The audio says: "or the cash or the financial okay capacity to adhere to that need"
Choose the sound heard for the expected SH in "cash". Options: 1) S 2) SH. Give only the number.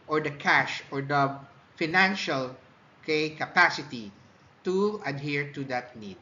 2